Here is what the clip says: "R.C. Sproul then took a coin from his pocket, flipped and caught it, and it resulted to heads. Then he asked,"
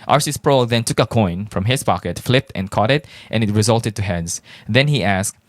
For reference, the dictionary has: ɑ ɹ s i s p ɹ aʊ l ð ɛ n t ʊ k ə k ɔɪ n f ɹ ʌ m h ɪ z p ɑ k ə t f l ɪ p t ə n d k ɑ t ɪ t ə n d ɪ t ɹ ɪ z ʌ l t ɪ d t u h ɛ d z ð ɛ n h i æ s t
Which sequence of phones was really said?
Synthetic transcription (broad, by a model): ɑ ɹ s i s p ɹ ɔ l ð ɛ n t ʊ k ə k ɔɪ n f ɹ ʌ m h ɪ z p ɑ k ə t f l ɪ p t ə n k ɑ t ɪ t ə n ɪ t ɹ ɪ z ʌ l t ɪ d t u h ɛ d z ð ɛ n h i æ s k